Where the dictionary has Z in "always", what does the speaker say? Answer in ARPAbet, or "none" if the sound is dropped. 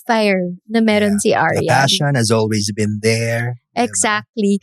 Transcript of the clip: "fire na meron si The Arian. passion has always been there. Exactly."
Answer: Z